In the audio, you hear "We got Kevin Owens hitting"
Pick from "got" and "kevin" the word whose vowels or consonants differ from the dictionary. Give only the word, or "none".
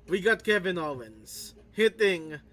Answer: none